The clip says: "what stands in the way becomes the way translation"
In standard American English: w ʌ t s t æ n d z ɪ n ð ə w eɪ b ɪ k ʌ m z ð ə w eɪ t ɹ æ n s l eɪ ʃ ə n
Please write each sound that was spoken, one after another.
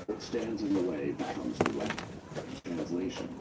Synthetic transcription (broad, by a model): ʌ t s t æ n d z ɪ n ð ə w eɪ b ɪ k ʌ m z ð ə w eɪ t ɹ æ n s l eɪ ʃ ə n